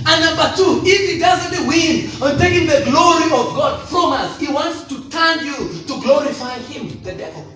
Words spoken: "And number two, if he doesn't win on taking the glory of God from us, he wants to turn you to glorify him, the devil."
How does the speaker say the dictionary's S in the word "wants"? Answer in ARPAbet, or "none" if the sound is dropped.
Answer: S